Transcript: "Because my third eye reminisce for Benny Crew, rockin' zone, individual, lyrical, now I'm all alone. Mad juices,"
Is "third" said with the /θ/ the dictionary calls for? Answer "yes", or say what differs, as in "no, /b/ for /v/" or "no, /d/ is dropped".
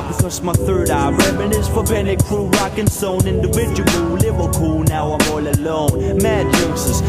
yes